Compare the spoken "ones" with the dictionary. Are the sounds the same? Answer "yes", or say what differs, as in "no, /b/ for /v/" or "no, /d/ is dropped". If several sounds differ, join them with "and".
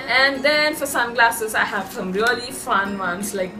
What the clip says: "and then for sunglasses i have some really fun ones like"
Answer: no, /s/ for /z/